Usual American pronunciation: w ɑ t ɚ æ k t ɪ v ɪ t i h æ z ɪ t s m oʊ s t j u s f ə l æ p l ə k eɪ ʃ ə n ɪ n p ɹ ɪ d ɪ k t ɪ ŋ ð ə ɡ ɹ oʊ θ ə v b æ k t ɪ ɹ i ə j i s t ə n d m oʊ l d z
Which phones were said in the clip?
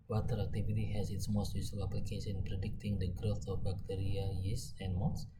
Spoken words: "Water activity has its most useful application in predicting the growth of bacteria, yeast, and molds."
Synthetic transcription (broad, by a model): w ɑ t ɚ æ k t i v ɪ t i h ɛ s ɪ t s m oʊ s t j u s ə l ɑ p l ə k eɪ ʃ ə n n p ɹ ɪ d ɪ k t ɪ ŋ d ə ɡ ɹ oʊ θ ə f b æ k t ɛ ɹ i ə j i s ə n m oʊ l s